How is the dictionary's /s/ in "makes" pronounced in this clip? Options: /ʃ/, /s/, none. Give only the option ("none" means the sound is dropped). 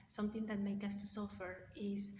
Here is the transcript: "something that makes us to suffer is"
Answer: none